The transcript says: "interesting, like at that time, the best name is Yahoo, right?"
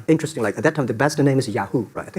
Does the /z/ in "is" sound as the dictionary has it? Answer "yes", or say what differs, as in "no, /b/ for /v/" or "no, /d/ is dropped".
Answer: yes